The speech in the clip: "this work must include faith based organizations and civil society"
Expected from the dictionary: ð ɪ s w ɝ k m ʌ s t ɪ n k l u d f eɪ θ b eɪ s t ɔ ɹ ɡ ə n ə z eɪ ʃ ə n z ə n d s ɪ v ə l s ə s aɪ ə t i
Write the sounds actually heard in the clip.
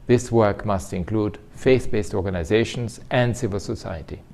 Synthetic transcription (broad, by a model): ð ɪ s w ɝ k m ʌ s t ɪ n k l u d f eɪ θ b eɪ s t ɔ ɹ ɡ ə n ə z eɪ ʃ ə n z ə n d s ɪ v ə l s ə s aɪ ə t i